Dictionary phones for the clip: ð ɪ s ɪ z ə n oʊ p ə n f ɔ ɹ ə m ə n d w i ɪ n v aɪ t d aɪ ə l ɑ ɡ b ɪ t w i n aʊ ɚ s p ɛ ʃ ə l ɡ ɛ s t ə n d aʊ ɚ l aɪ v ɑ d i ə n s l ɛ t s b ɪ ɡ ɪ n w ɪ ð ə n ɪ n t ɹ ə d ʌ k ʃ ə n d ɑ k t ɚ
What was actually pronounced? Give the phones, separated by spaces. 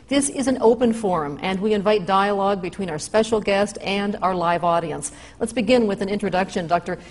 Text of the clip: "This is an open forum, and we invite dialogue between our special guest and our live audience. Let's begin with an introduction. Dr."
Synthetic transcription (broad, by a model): ð ɪ s ɪ z ə n oʊ p ə n f ɔ ɹ ə m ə n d w i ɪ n v aɪ t d aɪ ə l ɑ ɡ b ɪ t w i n aʊ ɚ s p ɛ ʃ l ɡ ɛ s t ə n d aʊ ɚ l aɪ v ɑ d i ə n s l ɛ t s b ɪ ɡ ɪ n w ɪ ð ə n ɪ n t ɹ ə d ʌ k ʃ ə n d ɑ k t ɚ